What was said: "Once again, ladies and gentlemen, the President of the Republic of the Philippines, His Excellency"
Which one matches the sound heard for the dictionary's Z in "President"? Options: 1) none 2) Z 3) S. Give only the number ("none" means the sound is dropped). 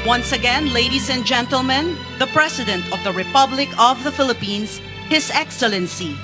3